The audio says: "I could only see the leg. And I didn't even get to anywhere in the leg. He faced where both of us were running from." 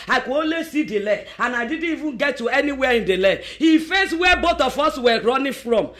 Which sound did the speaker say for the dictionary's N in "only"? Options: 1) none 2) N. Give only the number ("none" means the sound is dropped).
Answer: 1